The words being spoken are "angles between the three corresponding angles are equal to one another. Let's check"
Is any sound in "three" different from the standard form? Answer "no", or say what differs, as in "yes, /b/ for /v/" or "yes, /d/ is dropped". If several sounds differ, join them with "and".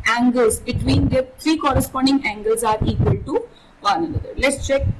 yes, /t/ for /θ/